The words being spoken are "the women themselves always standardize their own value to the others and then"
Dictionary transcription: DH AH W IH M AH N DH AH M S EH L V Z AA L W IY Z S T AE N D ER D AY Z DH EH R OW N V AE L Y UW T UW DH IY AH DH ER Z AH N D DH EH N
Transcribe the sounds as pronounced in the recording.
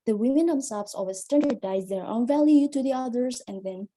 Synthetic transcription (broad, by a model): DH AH W IH M AH N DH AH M S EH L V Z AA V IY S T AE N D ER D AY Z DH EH R OW N V AE L Y UW T UW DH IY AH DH ER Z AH N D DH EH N